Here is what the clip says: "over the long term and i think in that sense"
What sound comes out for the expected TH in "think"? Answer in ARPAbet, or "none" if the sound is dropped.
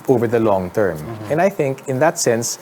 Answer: TH